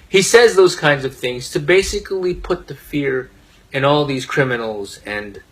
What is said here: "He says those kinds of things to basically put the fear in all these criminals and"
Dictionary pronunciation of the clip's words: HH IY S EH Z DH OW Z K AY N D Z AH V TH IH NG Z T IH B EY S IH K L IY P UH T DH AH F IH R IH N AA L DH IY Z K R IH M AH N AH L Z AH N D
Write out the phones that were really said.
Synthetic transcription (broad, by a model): HH IY S EH Z DH OW Z K AY N D Z AH V TH IH NG Z T IH B EY S IH K L IY P UH T DH AH F IH R IH N AA L DH IY Z K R IH M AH N L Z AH N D